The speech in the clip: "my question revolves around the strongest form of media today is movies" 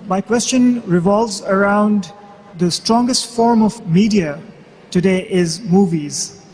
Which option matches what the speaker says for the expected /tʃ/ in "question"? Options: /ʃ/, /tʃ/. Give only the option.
/tʃ/